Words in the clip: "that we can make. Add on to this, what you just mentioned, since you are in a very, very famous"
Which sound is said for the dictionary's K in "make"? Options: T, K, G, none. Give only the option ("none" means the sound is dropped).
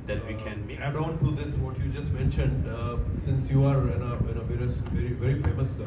none